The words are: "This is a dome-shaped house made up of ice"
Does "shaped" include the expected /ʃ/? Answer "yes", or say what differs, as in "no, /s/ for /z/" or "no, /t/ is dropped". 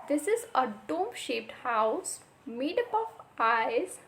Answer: yes